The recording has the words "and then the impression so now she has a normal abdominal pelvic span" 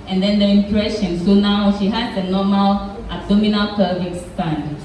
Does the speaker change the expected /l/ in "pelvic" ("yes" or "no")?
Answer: yes